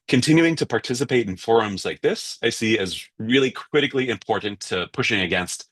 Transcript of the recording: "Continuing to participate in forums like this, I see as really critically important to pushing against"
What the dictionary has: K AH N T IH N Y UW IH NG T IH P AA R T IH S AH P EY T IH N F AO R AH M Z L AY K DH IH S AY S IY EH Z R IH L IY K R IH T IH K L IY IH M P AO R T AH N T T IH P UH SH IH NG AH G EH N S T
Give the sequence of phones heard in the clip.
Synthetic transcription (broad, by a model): K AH N T IH N Y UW IH NG T IH P AA R T IH S AH P EY T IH N F AO R AH M Z L AY K DH IH S AY S IY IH Z R IH L IY K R IH T IH K L IY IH M P AO R T N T T IH P UH SH IH NG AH G EH N S T